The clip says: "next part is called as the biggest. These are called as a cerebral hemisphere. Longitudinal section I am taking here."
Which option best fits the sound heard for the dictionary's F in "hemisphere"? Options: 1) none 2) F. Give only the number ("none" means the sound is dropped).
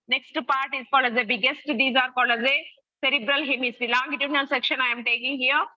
1